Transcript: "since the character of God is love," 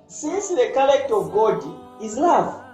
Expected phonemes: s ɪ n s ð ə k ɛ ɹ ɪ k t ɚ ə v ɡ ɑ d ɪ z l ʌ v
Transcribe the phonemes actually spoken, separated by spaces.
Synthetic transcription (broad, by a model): s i n s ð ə k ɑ l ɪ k t ə v ɡ ɑ d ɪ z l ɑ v